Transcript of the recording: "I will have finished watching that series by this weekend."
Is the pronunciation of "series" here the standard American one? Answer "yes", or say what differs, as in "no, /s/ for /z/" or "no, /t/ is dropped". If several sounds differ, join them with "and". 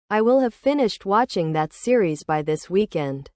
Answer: yes